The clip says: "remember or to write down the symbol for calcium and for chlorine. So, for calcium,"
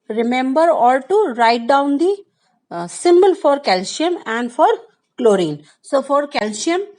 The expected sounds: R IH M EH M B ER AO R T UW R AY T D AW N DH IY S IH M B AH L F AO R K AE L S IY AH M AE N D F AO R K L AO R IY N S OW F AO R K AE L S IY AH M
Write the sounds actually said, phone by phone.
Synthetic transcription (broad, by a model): R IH M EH M B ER AO L T UW R AY T D AW N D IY S IH M B AH L F AO R K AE L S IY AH M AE N D F AO R K L AO R IY N S OW F AO R K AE L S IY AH M